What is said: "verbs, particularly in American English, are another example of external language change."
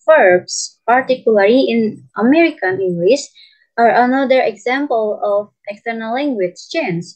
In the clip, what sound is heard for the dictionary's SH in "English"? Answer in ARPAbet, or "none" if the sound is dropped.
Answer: S